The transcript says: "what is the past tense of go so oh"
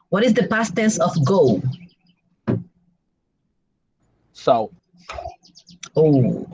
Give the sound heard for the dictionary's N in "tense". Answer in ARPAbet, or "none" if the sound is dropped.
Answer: none